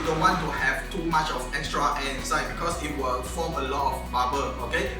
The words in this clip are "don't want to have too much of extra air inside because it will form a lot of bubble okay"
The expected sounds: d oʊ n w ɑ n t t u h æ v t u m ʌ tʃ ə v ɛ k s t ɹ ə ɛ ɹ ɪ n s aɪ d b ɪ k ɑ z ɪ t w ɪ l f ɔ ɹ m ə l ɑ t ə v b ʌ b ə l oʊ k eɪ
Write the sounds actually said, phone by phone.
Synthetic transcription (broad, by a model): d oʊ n w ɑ n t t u h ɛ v t u m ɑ tʃ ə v ɛ k s t ɹ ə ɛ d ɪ s aɪ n b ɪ k ɑ s ɪ t w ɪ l f ɔ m ə l ɑ t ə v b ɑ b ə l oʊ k eɪ